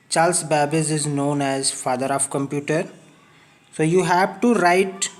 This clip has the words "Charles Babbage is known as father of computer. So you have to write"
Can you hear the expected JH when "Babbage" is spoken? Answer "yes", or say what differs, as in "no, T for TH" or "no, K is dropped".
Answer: no, Z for JH